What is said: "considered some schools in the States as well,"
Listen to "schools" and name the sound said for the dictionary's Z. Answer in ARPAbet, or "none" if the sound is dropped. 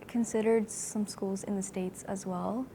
Z